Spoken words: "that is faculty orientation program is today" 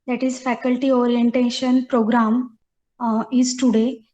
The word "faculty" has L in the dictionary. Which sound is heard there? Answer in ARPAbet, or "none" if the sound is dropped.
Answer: L